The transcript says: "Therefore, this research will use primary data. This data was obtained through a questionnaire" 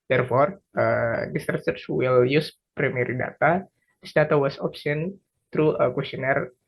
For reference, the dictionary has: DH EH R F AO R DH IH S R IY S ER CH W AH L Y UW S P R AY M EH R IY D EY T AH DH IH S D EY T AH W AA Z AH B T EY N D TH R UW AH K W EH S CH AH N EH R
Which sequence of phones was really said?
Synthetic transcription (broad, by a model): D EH R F AO R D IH S R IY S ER S W AH L Y UW S P R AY M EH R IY D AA T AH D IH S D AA T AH W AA S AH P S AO N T R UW AH K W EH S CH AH N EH R